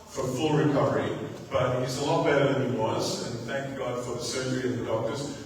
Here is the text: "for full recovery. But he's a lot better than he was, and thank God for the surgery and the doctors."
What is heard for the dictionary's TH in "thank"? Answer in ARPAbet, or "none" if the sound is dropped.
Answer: TH